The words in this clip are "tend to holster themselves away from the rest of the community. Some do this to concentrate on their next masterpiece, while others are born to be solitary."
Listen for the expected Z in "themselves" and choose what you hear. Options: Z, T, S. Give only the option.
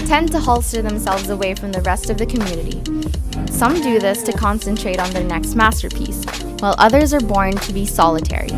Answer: Z